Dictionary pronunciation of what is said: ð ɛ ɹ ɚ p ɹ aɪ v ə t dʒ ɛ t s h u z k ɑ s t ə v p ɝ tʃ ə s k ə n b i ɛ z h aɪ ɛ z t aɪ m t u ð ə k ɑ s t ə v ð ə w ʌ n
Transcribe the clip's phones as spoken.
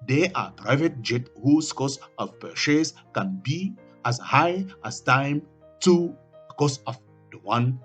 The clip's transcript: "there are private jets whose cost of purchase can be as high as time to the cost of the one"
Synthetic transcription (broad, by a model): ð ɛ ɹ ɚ p ɹ aɪ v ə t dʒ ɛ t h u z k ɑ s ə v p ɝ ʃ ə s k ə n b i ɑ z h aɪ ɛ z t aɪ m t u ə k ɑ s ə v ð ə w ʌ n